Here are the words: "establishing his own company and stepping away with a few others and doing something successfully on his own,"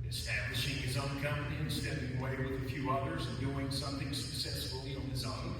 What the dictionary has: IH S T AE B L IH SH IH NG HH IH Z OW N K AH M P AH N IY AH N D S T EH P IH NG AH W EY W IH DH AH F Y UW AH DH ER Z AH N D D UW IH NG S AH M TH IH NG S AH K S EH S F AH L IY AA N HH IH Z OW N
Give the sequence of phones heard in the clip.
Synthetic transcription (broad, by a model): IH S T AE B L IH SH IH NG IH Z OW N K AH M P AH N IY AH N S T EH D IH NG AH W EY W IH DH AH F Y UW AH DH ER Z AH N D D UW IH NG S AH M TH IH NG S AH K S EH S F L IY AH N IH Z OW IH